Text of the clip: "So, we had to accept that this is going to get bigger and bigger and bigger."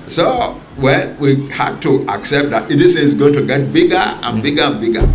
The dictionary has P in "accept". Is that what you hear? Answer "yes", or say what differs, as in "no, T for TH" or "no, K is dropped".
yes